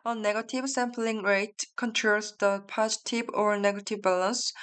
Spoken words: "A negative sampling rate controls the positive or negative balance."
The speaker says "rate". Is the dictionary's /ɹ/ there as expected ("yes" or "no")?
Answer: yes